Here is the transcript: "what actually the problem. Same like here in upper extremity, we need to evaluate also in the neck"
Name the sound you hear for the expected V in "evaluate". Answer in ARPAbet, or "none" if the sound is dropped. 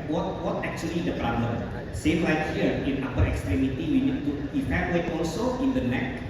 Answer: P